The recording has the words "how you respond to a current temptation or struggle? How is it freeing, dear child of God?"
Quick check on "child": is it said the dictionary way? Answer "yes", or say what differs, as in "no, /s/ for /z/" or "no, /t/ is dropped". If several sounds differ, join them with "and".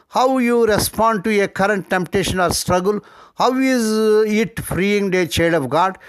no, /l/ is dropped